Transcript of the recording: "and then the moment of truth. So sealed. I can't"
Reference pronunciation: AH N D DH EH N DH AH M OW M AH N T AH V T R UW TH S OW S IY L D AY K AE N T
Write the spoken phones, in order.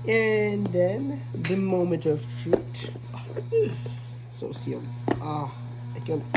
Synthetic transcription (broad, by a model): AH N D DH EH N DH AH M OW M AH N T AH V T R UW T S OW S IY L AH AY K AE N